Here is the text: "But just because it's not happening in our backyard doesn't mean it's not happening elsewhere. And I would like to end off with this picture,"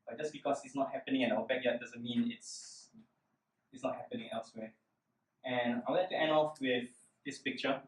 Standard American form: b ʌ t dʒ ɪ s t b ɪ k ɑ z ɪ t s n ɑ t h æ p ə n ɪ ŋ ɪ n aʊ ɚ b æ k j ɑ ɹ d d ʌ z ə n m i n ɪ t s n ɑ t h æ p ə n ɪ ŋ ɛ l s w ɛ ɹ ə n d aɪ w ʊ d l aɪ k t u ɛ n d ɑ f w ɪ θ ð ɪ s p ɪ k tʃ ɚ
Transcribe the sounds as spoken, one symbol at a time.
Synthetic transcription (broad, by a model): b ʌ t dʒ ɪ s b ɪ k ɑ s ɪ t s n ɑ t h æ p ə n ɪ ŋ ɪ n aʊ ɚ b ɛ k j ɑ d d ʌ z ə n m i n ɪ t s n ɑ t h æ p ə n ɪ ŋ ɛ l s w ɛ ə n aɪ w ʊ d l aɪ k t u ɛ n ɑ f w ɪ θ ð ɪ s p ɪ k tʃ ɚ